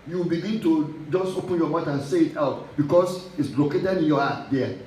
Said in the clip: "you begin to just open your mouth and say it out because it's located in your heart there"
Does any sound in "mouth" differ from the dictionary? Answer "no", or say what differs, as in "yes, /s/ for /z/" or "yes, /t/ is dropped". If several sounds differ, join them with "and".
yes, /t/ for /θ/